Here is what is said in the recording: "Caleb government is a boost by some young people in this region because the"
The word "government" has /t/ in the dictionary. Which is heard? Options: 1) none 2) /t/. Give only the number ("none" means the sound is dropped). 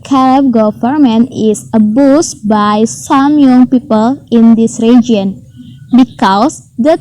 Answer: 1